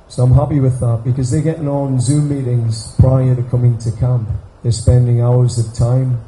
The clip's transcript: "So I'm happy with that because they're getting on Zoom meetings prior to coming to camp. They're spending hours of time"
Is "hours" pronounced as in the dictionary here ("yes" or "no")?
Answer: yes